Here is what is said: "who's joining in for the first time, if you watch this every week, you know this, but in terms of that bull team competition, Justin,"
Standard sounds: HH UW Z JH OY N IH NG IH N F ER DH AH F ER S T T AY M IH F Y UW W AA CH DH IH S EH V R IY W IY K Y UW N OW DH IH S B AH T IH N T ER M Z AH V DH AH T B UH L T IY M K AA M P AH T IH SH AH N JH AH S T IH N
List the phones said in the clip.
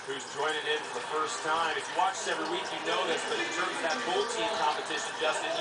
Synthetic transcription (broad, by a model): HH UW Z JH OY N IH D IH N F ER DH AH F ER S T T AY M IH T W AA CH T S EH V R IY W IY K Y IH N OW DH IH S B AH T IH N T ER M Z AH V DH AH T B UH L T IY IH K AA M P AH T IH SH AH N JH AH S T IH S